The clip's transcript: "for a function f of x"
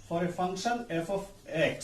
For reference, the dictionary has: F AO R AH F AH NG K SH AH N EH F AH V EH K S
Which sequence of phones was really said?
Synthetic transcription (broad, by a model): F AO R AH F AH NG SH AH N EH F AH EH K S